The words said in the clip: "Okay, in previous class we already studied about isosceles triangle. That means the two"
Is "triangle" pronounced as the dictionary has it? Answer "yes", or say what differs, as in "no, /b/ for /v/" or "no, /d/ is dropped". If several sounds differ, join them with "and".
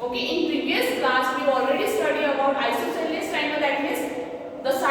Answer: no, /ɹ/ is dropped